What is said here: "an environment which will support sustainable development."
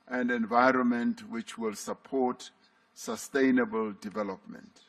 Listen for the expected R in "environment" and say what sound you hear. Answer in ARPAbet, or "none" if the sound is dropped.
R